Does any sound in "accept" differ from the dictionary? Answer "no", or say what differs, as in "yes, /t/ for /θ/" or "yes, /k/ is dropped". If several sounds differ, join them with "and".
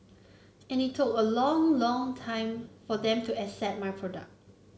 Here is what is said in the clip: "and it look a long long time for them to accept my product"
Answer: yes, /k/ is dropped and /p/ is dropped